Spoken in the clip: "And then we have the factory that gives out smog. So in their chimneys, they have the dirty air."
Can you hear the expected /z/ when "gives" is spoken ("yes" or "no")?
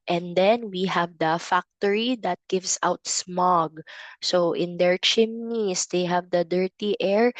no